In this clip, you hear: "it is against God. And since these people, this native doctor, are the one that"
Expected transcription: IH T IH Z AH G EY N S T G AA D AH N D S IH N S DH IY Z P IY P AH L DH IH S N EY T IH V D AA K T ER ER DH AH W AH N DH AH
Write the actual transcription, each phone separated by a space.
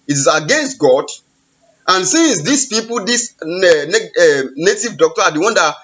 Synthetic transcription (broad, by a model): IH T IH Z AH G EY N S T G AA D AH N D S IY N S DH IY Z P IY P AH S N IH N EY T IH V D AA K T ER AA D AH W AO N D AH